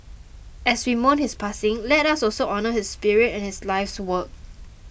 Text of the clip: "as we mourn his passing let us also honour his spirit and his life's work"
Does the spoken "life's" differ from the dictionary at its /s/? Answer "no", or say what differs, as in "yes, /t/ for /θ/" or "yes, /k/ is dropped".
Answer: no